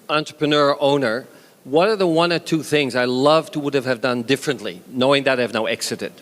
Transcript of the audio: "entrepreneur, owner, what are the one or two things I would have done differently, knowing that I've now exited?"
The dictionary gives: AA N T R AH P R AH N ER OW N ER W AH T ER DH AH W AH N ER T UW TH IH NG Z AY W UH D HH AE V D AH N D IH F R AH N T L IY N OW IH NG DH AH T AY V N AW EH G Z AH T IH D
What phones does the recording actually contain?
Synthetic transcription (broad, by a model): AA N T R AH P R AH N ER OW N ER W AH T ER DH AH W AH N ER T UW TH IH NG Z AY W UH D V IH V D AH N D IH F R AH N T L IY N OW IH NG DH AH T AY V N AW EH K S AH T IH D